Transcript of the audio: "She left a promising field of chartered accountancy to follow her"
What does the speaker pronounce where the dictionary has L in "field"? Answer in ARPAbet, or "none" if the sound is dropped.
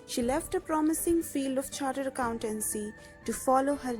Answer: L